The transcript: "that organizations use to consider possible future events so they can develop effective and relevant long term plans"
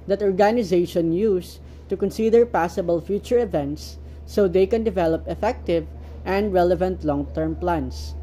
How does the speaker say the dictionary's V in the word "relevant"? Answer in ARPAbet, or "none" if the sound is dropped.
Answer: V